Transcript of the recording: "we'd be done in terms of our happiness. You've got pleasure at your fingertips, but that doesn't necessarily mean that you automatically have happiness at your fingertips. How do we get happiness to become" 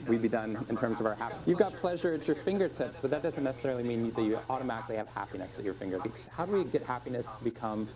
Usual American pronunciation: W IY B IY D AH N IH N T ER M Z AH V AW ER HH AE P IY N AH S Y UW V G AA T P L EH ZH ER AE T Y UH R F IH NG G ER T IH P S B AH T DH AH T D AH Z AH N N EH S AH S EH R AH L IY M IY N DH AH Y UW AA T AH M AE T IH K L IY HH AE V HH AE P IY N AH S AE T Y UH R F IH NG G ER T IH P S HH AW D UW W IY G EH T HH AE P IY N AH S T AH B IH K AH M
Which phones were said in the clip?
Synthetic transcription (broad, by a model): W IY B IY D AH N IH N T ER M Z AH V AW ER HH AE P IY Y UW V G AA T P L EH ZH ER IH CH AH R F IH NG G ER T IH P S B AH T DH AH T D AH Z N N EH S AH S EH R L IY M IY N DH AH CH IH AA T AH M AE T IH K L IY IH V HH AE P IY N AH S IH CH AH R F IH NG G ER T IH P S HH AW D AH W IY G EH T HH AE P IY N AH S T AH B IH K AH M